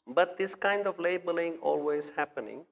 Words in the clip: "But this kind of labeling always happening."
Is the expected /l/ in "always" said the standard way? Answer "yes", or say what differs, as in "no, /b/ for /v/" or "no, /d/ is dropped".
yes